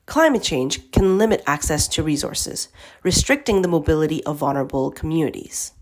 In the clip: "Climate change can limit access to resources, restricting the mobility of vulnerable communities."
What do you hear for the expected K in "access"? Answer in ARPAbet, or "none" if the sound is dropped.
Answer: K